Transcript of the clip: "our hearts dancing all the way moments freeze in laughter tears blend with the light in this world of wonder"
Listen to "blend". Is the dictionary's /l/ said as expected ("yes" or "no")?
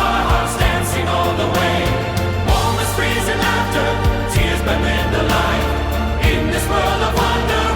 no